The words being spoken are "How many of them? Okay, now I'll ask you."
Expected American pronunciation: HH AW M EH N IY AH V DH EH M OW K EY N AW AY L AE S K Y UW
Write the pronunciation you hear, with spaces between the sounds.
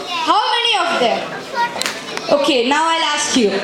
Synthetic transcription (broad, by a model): HH AW M EH N IY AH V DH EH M OW K EY N AW AY L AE S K Y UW